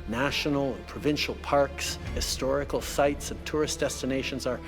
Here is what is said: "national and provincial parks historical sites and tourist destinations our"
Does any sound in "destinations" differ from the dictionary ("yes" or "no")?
no